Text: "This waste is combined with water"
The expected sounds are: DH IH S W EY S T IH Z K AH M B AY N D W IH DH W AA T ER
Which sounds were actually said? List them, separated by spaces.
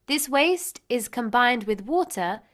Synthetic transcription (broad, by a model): DH IH S W EY S T IH Z K AH M B AY N D W IH DH W AA T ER